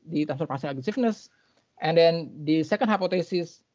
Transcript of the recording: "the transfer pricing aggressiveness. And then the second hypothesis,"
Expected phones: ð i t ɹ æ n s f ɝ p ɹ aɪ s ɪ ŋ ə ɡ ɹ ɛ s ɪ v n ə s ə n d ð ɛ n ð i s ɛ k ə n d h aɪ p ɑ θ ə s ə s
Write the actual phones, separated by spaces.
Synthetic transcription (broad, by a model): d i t æ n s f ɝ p aɪ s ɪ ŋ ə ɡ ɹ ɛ s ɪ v n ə s ə n d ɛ n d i s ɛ k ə n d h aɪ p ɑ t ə s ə s